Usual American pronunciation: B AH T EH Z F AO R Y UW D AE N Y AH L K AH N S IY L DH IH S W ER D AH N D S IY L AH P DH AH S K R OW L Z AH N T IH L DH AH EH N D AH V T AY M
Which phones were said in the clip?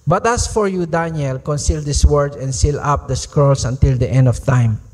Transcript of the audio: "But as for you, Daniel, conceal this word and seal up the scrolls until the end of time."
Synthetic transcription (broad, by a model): B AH T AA S F AO R Y UW D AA N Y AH L K AH N S IY L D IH S W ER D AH N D S IY L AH P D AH S K R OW L S AH N T IH L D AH EH N D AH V T AY M